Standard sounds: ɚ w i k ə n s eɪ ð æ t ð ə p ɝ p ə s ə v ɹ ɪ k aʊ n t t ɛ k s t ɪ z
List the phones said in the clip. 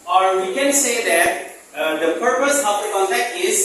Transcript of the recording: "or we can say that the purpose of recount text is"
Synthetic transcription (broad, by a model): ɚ w i k ə n s eɪ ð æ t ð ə p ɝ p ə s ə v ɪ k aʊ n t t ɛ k t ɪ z